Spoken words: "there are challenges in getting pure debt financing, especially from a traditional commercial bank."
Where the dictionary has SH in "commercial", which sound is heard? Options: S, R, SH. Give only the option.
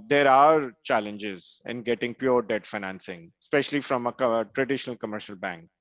SH